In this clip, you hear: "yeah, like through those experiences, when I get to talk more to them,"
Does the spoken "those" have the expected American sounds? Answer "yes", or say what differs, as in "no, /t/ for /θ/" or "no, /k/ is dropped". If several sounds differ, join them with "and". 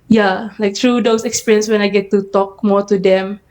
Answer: no, /s/ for /z/